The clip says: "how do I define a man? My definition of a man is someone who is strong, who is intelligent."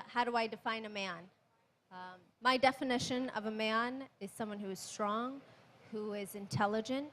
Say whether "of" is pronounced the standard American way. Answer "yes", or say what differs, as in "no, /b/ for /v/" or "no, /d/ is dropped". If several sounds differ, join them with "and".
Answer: yes